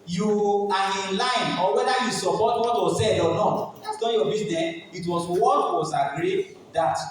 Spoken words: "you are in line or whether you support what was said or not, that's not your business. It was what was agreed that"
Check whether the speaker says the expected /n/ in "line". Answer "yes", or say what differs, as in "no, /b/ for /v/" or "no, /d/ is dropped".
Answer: yes